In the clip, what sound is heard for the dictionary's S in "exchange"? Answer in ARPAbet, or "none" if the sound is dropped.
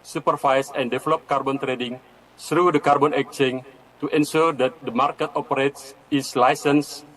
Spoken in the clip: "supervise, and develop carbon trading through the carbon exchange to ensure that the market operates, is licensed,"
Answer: none